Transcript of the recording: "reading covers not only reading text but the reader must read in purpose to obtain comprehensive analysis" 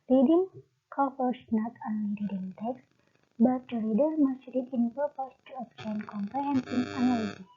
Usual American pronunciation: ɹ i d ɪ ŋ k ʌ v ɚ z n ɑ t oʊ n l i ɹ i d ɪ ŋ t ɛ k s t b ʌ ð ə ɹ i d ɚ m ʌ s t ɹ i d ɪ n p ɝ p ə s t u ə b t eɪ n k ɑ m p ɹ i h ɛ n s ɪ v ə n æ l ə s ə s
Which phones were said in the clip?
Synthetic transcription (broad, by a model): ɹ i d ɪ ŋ k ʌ f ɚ s n ɑ t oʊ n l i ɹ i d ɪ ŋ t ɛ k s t b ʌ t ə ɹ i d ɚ m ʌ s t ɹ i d ɪ n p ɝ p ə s t u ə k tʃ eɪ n k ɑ m p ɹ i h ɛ n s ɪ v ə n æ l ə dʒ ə